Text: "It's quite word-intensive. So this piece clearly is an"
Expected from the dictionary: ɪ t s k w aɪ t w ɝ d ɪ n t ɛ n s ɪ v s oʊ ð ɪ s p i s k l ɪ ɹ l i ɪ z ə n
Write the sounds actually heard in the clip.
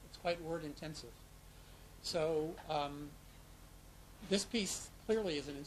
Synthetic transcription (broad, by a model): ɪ t s k w aɪ t w ɝ d ɪ n t ɛ n s ɪ v s oʊ ð ɪ s p i s k l ɪ ɹ l i ɪ z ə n